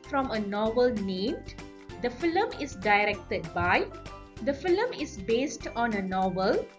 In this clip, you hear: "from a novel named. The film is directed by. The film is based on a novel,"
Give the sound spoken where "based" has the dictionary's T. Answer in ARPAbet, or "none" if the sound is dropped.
T